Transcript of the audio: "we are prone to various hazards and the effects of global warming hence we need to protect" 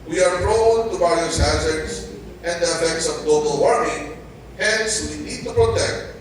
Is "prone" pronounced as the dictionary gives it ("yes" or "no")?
no